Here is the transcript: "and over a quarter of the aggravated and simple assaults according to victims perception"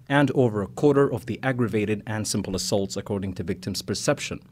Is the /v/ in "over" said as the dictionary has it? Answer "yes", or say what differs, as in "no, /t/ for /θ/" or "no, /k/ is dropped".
yes